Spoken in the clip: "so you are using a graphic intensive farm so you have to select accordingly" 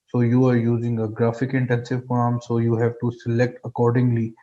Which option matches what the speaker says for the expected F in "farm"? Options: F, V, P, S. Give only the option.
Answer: P